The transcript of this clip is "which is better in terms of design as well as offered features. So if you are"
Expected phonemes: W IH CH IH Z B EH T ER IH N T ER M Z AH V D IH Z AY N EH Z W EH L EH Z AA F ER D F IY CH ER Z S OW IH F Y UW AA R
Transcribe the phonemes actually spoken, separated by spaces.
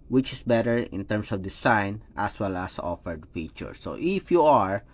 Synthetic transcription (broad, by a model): W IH CH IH S B EH T ER IH N T ER M S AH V D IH S AY N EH S W EH L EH S AA F ER D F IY CH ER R S OW IH F Y UW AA R